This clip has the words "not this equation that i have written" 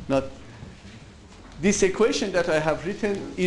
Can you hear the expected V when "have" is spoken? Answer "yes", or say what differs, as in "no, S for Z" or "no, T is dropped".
yes